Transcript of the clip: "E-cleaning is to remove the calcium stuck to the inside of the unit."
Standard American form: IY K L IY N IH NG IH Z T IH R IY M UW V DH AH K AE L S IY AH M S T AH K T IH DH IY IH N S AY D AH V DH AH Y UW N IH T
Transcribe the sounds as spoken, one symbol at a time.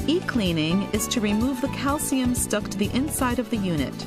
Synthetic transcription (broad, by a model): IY K L IY N IH NG IH Z T IH R IY M UW V DH AH K AE L S IY AH M S T AH K T IH DH IY IH N S AY D AH V DH AH Y UW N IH T